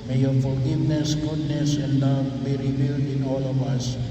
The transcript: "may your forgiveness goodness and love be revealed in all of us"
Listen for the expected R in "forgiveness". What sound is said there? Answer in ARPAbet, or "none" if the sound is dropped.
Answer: L